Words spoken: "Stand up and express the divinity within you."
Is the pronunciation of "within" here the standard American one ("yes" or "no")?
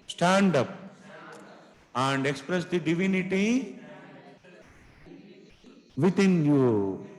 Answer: no